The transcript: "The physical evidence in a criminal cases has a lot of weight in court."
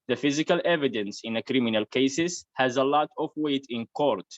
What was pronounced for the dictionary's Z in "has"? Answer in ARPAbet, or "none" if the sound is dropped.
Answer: Z